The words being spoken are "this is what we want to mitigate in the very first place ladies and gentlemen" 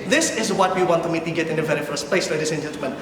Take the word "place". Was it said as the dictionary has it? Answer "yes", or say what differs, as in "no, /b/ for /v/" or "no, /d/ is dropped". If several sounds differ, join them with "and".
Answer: yes